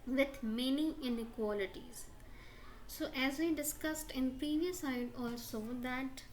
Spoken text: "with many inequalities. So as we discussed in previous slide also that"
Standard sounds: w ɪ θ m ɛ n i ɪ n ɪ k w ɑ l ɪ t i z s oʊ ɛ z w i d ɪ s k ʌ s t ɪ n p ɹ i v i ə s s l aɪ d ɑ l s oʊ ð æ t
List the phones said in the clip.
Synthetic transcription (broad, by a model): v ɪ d m ɛ n i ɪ n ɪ k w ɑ l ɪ t i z s oʊ ɛ z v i d ɪ s k ʌ s t ɪ n p ɹ i v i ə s s aɪ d ɑ l s oʊ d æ t